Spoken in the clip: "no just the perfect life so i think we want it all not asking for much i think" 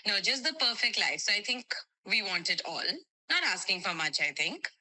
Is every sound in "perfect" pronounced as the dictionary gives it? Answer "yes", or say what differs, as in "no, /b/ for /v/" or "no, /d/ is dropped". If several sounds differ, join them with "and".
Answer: yes